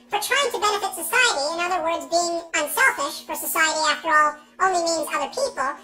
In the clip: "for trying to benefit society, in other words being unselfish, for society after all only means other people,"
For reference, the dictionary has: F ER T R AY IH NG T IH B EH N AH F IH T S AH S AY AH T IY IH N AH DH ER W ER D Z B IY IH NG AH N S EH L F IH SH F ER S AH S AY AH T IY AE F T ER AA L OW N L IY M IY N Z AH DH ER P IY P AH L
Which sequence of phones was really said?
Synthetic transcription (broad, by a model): F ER T R AY IH NG T IH B EH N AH F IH T S AH S AY AH T IY IH N AH DH ER W ER D Z B IY IH NG AH N S EH L F IH SH F ER S AH S AY AH T IY AE F T ER AA L OW N L IY M IY N Z AH DH ER P IY P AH L